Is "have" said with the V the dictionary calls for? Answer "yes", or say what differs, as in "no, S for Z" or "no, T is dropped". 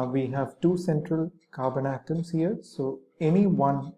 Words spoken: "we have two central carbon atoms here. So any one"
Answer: yes